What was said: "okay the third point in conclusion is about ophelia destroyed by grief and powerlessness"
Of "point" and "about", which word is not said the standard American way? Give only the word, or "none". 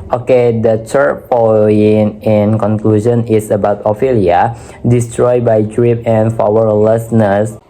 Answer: point